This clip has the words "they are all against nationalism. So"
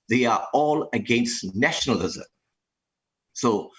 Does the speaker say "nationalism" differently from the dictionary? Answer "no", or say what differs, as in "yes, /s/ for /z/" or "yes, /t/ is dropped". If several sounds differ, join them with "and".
no